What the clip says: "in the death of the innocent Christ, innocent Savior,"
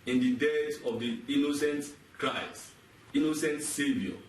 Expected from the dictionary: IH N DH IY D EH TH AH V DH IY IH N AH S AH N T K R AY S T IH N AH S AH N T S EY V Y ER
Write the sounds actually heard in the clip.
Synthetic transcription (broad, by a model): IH N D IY D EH S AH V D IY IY N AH S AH N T K R AY S T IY N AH S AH N T S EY V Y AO